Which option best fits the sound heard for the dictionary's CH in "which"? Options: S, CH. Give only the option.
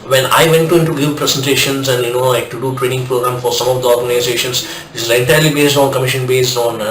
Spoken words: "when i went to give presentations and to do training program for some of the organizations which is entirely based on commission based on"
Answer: S